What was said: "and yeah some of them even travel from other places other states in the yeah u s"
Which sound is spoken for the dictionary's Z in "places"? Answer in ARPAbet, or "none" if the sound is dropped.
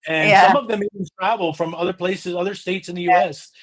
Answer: Z